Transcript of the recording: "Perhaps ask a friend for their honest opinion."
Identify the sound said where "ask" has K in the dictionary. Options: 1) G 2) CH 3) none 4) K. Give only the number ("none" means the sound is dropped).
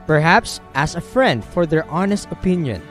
3